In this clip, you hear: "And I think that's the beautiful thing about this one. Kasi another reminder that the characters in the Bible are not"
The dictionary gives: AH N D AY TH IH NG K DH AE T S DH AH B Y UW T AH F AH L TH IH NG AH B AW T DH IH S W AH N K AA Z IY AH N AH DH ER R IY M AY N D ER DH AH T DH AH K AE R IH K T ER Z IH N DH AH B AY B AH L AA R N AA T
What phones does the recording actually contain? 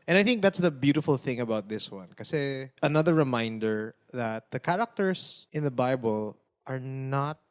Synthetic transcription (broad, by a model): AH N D AY TH IH NG K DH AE T S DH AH B Y UW T AH F AH L TH IH NG AH B AW T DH IH S W AH N K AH S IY AH N AH DH ER R IY M AY N D ER DH AH T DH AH K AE R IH K T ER S IH N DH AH B AY B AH L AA R N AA T